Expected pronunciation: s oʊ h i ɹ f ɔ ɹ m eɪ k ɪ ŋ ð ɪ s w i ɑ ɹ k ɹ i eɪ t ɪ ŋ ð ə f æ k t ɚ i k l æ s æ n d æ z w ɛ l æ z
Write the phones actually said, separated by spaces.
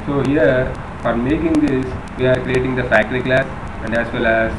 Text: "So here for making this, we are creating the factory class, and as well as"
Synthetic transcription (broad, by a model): s oʊ h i ɹ f ɔ ɹ m eɪ k ɪ ŋ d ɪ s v i ɑ ɹ k ɹ i eɪ t ɪ ŋ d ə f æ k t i k l æ s æ n d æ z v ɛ l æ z